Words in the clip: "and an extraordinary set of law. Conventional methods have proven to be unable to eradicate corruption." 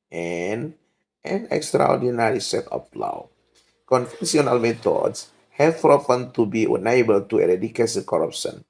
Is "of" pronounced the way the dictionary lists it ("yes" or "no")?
no